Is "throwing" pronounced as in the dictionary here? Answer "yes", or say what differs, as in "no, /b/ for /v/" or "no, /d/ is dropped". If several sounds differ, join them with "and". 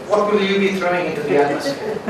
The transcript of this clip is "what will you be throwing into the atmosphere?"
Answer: yes